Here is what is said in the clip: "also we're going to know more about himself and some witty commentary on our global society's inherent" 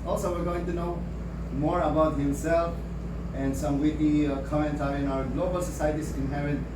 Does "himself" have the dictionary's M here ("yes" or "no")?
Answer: yes